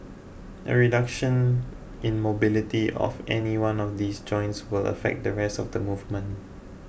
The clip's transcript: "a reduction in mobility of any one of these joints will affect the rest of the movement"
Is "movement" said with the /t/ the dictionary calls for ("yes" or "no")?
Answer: no